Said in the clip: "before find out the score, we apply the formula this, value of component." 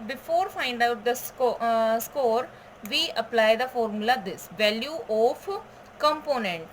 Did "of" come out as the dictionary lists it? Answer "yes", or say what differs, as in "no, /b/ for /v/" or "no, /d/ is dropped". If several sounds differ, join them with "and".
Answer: no, /p/ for /v/